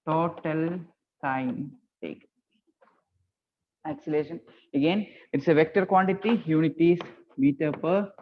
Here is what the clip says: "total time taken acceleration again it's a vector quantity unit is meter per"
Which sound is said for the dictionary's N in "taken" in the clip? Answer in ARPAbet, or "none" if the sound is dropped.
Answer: none